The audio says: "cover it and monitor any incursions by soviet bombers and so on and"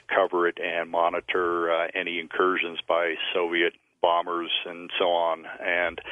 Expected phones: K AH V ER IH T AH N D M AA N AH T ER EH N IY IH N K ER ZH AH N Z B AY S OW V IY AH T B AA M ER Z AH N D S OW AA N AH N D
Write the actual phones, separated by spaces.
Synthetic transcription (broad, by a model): K AH V ER IH T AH N M AA N AH T ER EH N IY IH N K ER ZH AH N Z B AY S OW V IY AH T B AA M ER Z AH N S OW AA N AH N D